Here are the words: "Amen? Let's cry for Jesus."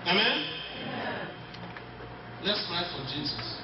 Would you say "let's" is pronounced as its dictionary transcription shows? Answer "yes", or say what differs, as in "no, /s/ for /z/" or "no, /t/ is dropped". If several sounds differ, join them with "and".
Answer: yes